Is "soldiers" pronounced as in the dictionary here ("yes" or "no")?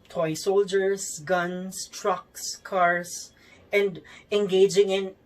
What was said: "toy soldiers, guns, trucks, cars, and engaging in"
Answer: no